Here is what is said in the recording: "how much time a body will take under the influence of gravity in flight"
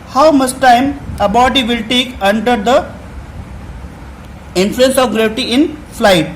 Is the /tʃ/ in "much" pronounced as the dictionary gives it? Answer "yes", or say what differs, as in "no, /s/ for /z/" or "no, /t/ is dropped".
no, /s/ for /tʃ/